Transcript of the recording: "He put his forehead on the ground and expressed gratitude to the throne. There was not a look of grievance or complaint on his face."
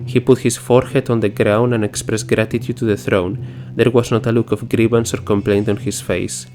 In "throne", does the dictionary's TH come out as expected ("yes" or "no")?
yes